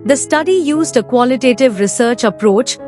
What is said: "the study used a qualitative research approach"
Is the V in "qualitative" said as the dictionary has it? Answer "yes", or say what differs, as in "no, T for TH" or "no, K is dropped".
yes